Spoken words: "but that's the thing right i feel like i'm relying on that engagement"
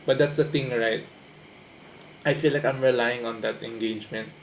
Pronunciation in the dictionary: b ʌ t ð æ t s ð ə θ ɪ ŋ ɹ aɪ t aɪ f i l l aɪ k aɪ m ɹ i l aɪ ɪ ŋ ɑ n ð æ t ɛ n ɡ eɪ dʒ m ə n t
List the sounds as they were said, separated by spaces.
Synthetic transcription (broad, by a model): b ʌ t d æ t s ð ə t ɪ ŋ ɹ aɪ t aɪ f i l l aɪ k aɪ m ɹ i l aɪ ɪ ŋ ɑ n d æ t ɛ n ɡ eɪ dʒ m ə n t